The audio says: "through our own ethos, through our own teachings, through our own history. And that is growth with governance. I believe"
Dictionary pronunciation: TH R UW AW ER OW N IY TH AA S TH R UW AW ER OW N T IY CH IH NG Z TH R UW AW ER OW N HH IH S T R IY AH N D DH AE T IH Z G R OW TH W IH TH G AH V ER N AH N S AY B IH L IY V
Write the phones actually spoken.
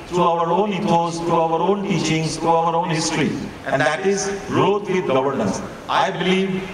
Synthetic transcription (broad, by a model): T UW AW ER OW N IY T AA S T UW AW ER OW N T IY CH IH NG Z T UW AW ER OW N HH IH S T R IY AH N D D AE T IH Z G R OW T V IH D G AH V ER N AH N S AY B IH L IY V